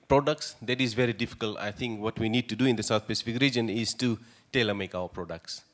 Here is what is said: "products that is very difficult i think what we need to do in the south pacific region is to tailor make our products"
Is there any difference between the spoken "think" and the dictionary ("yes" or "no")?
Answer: yes